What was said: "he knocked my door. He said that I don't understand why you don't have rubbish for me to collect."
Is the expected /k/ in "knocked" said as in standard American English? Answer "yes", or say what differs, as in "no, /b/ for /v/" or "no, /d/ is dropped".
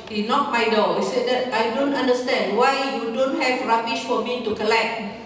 no, /k/ is dropped